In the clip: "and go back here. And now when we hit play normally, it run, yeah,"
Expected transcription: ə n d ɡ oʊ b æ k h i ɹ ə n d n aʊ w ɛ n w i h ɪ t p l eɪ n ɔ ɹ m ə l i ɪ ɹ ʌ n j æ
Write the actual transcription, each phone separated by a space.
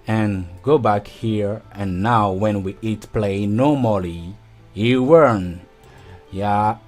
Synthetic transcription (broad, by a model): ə n ɡ oʊ b æ k h i ɹ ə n n aʊ w ɛ n w i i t p l eɪ n ɔ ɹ m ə l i ɪ w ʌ n j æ